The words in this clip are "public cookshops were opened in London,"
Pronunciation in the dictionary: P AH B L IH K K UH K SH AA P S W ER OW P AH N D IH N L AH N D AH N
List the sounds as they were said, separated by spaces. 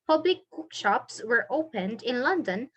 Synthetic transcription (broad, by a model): P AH B L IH K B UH K SH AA P S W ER OW P AH N D IH N L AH N D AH N